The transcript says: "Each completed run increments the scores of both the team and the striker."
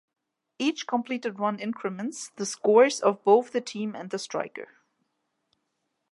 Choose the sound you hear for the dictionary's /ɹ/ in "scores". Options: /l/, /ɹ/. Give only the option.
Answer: /ɹ/